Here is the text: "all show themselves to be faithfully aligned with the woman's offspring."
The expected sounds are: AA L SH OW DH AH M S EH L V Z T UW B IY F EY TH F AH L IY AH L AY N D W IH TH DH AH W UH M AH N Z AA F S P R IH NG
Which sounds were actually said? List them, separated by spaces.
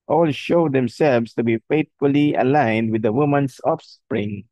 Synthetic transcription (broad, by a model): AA L SH OW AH M S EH L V S T UW B IY F EY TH F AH L IY AH L AY N D W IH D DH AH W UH M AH N S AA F S P R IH NG